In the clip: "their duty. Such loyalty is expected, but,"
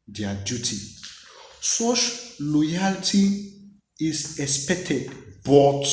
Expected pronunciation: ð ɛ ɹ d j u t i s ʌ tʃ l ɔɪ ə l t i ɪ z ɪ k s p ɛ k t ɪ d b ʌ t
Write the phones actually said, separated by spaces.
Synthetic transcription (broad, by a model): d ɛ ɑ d j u t i s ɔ ʃ l ɔɪ ə l t i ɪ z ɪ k s p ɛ k t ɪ d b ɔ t